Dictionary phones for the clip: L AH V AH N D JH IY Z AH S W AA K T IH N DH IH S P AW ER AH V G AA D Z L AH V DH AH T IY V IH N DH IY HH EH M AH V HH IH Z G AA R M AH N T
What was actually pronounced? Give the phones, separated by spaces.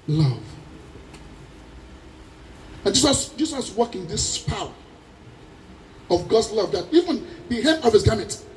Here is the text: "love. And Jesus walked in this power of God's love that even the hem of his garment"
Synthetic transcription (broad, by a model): L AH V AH N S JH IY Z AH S W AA K IH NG DH IH S P AW ER AH V G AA D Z L AH V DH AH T IY V IH N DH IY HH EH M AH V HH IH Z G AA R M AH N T